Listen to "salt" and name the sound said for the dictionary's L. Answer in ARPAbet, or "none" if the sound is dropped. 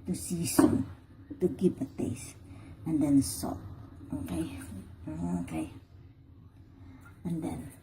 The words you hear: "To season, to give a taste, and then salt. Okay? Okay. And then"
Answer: none